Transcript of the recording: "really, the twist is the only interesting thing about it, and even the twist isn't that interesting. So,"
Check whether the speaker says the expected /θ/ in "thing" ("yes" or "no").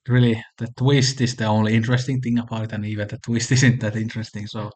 yes